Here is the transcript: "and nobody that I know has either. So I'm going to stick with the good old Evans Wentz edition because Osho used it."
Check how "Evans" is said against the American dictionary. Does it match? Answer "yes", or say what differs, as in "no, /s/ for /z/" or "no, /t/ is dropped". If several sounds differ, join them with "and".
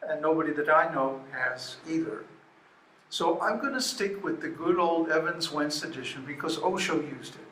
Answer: yes